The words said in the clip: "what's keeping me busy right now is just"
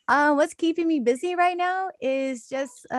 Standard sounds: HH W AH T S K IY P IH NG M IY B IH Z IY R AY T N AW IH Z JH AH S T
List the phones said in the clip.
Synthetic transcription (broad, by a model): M W AH T S K IY P IH NG M IY B IH Z IY R AY T N AW IH Z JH AH S T